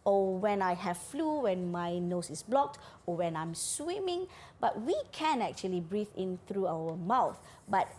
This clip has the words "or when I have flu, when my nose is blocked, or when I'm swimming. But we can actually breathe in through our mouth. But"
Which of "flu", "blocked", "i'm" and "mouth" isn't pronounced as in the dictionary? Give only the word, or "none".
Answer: none